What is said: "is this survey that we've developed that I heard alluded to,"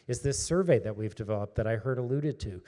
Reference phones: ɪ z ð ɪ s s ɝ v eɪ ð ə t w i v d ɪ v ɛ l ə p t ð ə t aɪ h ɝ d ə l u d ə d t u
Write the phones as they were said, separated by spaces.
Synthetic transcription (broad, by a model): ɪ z ð ɪ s s ɝ v eɪ ð ə t w i v d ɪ v ɛ l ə p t ð ə t aɪ h ɝ d ə l u d ə d t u